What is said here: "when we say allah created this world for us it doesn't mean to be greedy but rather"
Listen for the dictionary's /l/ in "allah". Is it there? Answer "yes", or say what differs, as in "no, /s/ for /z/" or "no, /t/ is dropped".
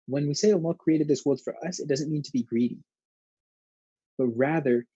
no, /n/ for /l/